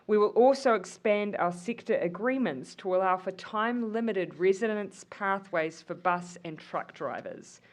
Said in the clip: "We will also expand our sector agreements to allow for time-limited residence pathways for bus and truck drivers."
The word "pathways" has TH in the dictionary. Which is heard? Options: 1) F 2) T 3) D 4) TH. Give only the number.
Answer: 4